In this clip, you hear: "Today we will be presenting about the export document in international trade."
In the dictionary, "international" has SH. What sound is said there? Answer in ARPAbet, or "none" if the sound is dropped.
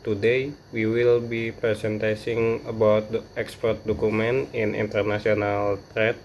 S